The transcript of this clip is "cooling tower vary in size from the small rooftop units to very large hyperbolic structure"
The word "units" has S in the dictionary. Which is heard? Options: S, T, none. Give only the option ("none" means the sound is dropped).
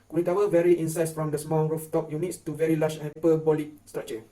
S